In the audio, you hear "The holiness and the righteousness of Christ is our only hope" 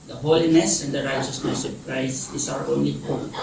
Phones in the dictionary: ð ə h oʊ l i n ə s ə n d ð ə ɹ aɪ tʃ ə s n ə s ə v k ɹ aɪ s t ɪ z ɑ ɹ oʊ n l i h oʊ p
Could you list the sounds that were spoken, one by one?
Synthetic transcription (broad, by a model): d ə h oʊ l i n ə s ə n d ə ɹ aɪ tʃ ə s n ə s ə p ɹ aɪ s ɪ s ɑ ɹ oʊ n l i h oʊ